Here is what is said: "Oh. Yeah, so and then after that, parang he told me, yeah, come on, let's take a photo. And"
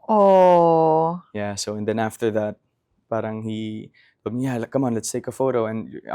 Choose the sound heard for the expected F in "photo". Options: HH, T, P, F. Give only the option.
F